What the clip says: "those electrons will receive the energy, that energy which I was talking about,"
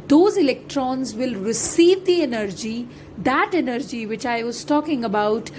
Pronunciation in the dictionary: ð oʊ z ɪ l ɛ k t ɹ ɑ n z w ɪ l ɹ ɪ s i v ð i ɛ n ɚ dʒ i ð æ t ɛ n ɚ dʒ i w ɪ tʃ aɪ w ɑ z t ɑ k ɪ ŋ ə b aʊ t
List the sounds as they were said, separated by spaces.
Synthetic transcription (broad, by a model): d oʊ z ɪ l ɛ k t ɹ ɑ n z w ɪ l ɹ ɪ s i v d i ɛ n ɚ dʒ i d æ t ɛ n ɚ dʒ i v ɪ tʃ aɪ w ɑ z t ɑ k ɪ ŋ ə b aʊ t